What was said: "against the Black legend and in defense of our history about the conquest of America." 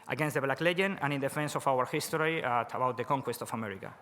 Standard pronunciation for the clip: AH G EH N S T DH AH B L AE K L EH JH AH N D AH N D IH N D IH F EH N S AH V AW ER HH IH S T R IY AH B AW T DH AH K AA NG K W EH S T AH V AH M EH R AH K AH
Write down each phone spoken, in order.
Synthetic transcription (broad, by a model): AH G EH N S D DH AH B L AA K L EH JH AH N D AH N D IH N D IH F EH N S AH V AW ER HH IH S T R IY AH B AW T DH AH K AA NG K W EH S T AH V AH M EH R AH K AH